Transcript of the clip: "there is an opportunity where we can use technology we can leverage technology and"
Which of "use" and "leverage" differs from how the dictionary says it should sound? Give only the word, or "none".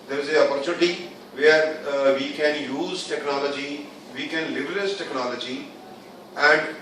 leverage